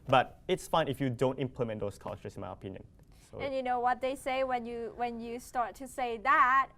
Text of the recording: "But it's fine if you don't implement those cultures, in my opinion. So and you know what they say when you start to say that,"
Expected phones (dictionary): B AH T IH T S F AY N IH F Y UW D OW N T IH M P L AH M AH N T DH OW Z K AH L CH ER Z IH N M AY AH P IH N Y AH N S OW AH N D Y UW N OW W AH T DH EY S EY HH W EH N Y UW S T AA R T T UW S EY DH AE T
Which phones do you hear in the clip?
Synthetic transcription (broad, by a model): B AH T IH T S F AY N IH F Y UW D OW N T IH M P L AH M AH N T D OW S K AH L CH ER IH N M AY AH P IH N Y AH N S OW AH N Y UW N OW W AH T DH EY S EY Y W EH N Y UW S T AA R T T UW S EY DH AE T